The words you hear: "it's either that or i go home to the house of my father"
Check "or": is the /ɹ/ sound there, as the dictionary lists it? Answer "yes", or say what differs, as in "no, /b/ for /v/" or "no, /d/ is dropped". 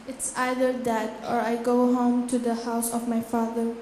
yes